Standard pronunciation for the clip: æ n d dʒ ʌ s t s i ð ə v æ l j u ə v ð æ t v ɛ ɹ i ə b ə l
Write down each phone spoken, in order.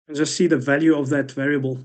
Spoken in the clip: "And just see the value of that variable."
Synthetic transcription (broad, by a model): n dʒ ʌ s t s i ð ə v æ l j u ə v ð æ t v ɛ ɹ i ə b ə l